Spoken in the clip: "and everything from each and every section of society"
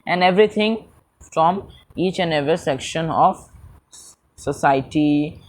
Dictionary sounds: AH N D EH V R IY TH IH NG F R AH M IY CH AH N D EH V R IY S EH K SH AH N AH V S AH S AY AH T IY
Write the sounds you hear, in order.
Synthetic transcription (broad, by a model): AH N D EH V R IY T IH NG F R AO M IY CH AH N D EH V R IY S EH K SH AH N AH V S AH S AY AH T IY